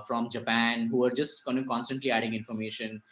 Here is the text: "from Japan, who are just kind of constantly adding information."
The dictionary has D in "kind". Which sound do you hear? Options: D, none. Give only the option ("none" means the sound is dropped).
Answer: none